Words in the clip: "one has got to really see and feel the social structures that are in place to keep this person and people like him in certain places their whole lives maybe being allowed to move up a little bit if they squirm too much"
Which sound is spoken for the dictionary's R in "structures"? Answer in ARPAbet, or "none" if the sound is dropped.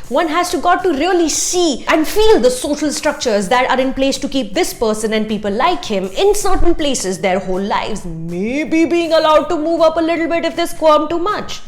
R